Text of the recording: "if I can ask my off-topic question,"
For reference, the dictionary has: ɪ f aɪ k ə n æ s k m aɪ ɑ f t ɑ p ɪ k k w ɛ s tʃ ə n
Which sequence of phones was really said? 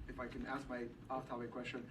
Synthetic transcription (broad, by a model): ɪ f aɪ k ə n æ s k m aɪ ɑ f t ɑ ɪ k k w ɛ s tʃ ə n